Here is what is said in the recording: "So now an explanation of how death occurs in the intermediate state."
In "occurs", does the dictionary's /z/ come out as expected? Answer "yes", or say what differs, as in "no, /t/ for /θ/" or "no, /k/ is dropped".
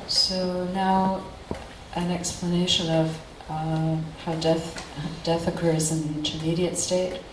yes